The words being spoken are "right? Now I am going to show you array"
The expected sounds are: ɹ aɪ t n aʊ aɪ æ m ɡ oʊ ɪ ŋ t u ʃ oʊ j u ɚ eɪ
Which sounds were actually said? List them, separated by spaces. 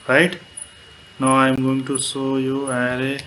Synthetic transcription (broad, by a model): ɹ aɪ t n aʊ aɪ m ɡ oʊ ɪ ŋ t u s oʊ j u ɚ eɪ